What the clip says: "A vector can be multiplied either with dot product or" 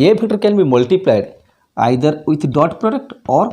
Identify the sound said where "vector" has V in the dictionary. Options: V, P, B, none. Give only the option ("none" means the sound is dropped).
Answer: B